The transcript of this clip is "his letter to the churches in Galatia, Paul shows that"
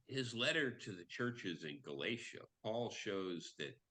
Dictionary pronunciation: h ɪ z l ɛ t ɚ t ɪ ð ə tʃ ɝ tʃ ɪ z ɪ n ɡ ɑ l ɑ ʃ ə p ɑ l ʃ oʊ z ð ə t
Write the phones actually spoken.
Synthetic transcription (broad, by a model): h ɪ z l ɛ t ɚ t ɪ ð ə tʃ ɝ tʃ ɪ z ɪ n ɡ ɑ l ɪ ʃ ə p ɑ l ʃ oʊ z ð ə t